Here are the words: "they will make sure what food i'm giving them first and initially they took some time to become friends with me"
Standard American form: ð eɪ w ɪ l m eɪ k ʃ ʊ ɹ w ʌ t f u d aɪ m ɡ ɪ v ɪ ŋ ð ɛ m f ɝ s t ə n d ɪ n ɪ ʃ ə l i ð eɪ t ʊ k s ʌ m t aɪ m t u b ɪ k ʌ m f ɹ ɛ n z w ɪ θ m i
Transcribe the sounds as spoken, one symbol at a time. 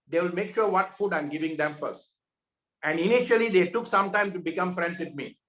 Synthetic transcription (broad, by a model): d eɪ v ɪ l m eɪ k ʃ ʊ ɹ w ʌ t f u d aɪ m ɡ ɪ v ɪ ŋ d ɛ m f ɝ s t ə n d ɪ n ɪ ʃ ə l i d eɪ t ʊ k s ʌ m t aɪ m t u b ɪ k ʌ m f ɹ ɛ n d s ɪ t m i